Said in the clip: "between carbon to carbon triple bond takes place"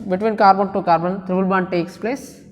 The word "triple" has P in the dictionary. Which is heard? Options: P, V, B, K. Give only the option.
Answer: B